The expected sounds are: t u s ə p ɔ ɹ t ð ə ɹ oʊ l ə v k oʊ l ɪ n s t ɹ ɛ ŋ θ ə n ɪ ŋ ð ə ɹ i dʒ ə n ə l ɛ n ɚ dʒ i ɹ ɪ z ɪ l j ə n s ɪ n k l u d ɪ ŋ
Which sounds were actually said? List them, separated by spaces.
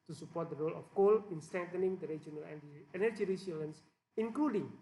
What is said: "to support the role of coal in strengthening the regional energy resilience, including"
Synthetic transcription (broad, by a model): t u s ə p ɔ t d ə ɹ oʊ l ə f k oʊ l ɪ n s t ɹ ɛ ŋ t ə n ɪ ŋ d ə ɹ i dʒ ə n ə l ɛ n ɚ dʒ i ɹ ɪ s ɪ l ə n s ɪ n k l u d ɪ ŋ